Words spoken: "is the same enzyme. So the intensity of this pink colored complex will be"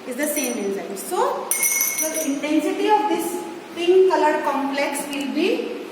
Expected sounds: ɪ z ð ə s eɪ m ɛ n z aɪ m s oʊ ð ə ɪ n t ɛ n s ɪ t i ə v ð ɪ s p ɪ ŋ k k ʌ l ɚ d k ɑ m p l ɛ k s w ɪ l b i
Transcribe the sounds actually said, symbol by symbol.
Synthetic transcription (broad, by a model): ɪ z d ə s eɪ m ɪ z aɪ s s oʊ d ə ɪ n t ɛ n s ɪ t i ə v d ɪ s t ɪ ŋ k k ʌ l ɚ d k ɑ m p l ɛ k s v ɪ l b i